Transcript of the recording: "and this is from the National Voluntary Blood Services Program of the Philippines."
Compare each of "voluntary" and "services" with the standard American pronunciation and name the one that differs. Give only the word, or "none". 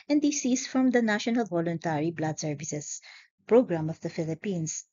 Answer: services